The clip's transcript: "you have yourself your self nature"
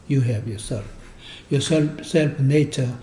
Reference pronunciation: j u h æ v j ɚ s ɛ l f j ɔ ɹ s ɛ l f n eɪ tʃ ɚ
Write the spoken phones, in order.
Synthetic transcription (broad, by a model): j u h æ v j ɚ s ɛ l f j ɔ l s ɛ l f n eɪ tʃ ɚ